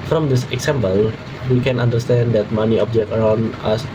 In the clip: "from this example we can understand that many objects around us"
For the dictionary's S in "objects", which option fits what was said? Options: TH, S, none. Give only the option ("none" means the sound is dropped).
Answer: none